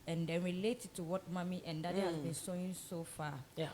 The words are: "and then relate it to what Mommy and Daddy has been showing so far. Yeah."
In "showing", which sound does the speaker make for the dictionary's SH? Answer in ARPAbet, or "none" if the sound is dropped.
S